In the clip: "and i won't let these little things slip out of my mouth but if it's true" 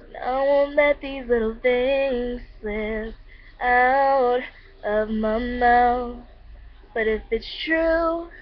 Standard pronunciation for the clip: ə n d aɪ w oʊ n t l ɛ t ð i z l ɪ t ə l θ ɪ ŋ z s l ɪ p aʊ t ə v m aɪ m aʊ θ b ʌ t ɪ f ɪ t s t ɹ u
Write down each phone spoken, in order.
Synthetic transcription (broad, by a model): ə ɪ w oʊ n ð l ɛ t ð i z l ɪ t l θ ɪ ŋ z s ɪ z aʊ t ə v m aɪ m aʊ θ b ʌ t ɪ f ɪ t s t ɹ u